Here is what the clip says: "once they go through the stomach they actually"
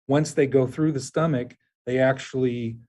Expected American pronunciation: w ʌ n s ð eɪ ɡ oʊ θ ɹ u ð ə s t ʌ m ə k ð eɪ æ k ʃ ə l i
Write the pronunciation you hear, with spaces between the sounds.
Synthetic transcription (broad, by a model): w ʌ n s ð eɪ ɡ oʊ θ ɹ u ð ə s t ʌ m ə k ð eɪ æ k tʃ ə l i